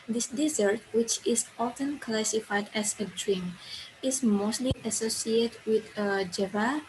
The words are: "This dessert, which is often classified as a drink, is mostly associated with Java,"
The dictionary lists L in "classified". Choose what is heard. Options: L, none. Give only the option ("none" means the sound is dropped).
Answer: L